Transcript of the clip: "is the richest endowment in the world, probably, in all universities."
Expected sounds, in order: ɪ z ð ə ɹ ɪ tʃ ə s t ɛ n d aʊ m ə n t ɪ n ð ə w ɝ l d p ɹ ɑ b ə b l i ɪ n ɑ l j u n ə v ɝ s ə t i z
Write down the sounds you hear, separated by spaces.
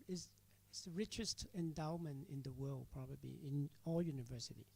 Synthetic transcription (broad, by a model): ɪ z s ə ɹ ɪ tʃ ə s t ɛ n d aʊ m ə n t ɪ n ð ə w ɝ l d p ɹ ɑ b ə b l i ɪ n ɑ l j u n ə v ɝ s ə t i